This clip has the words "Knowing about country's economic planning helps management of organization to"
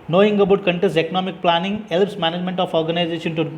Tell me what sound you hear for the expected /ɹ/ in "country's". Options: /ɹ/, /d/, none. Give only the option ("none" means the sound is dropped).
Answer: none